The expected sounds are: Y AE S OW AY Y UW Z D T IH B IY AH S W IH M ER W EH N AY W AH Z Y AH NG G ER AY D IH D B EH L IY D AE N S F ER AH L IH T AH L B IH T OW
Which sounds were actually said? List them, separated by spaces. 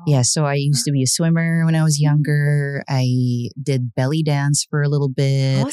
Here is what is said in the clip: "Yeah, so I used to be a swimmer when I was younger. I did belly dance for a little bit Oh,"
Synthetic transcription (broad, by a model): Y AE S OW AY Y UW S T IH B IY AH S W IH M ER W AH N AY W AH Z Y AH NG G ER AY D IH D B EH L IY D AE N S F ER AH L IH T L B IH T